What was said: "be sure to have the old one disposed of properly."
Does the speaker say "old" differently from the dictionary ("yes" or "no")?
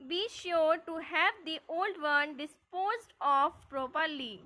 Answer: no